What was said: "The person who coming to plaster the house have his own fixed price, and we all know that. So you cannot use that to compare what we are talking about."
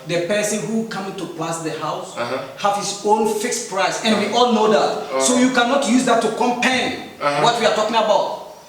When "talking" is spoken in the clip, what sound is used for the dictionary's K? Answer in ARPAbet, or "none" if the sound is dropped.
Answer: K